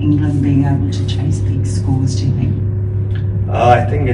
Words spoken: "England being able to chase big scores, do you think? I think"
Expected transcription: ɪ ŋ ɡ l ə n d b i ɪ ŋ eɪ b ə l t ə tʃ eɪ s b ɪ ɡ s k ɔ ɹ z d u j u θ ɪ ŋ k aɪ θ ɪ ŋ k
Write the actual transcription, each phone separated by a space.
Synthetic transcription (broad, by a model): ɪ ŋ ɡ l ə n b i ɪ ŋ eɪ b ə l t ə tʃ eɪ s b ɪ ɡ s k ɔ l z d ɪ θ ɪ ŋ aɪ θ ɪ ŋ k